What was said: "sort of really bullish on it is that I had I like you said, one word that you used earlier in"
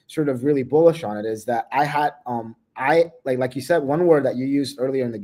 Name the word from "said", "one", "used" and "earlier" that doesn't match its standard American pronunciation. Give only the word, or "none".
none